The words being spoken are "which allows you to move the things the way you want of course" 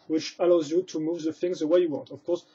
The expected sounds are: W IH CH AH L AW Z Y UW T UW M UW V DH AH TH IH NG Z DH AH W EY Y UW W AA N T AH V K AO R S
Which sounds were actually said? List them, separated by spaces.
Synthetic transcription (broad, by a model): W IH CH AH L AW Z Y UW T UW M UW V DH AH TH IH NG Z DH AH W EY Y UW W AA N T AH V K AO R S